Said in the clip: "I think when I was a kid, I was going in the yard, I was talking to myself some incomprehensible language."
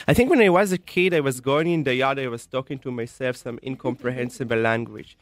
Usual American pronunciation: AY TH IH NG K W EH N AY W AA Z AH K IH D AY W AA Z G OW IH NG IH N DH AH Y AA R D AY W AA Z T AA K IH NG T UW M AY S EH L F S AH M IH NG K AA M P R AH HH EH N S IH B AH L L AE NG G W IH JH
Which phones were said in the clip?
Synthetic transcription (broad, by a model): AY TH IH NG K W EH N AY W AA Z AH K IH D AY W AA Z G OW IH NG IH N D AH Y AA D AY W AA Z T AA K IH NG T UW M AY S EH L F S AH M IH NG K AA M P R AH HH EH N S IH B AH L L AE NG G W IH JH